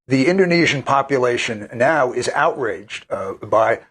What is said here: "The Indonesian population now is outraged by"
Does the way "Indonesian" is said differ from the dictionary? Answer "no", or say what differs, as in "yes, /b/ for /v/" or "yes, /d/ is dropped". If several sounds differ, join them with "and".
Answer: no